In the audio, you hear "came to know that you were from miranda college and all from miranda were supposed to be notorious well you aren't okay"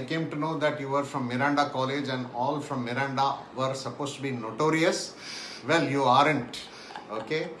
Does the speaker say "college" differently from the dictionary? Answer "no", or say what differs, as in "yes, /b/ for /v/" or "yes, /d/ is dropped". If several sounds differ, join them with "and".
no